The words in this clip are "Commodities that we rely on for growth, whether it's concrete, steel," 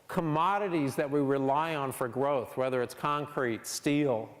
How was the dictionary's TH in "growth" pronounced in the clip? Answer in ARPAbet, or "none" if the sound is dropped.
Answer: TH